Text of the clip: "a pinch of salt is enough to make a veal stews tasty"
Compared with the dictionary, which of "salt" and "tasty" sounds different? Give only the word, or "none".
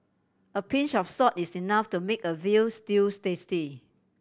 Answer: salt